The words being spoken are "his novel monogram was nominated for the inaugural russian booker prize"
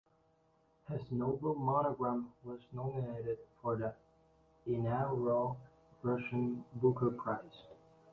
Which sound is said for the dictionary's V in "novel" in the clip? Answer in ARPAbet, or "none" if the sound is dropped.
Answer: none